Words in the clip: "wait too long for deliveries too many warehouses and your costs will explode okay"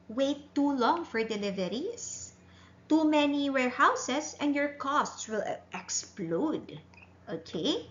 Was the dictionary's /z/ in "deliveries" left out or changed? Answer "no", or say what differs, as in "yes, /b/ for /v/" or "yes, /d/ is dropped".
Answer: yes, /s/ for /z/